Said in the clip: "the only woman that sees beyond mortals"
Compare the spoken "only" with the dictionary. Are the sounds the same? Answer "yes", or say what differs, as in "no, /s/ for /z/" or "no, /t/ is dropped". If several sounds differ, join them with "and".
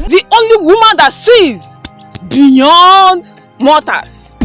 yes